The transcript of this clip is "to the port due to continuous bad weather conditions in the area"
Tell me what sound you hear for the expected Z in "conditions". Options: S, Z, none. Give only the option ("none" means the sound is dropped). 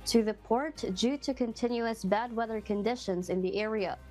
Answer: Z